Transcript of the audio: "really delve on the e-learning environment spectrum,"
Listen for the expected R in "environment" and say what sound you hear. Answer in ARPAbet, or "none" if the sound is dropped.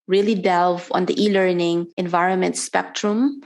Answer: R